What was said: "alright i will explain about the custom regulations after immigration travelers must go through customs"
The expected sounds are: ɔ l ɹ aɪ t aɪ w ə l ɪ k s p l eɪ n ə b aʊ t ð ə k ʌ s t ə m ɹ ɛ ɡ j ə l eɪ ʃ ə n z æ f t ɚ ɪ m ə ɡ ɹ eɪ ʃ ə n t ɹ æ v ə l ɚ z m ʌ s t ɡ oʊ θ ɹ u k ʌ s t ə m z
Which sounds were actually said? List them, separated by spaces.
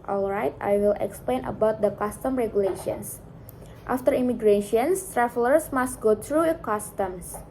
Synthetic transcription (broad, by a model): ɔ l ɹ aɪ t aɪ w ə l ɪ k s p l eɪ n ə b aʊ t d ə k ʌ s t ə m ɹ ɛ ɡ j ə l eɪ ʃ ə n s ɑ f t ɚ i m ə ɡ ɹ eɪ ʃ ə n t ɹ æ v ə l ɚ s m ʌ s t ɡ oʊ t ɹ u k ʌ s t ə m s